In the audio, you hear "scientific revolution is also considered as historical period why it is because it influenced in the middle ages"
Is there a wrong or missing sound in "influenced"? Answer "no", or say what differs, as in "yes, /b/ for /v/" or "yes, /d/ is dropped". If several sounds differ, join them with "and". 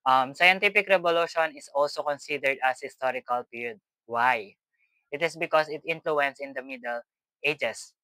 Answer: yes, /t/ is dropped